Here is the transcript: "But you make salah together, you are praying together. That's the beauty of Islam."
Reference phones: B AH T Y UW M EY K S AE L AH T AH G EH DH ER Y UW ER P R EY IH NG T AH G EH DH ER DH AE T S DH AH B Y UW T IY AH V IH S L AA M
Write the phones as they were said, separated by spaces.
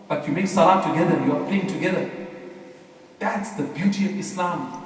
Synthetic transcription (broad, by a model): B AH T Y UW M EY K S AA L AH T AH G EH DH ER Y UW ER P L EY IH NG T AH G EH DH ER DH AE T S DH AH B Y UW T IY AH V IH S L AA M